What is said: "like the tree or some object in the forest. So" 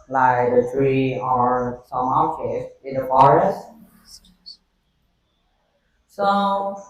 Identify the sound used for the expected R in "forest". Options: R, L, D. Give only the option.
R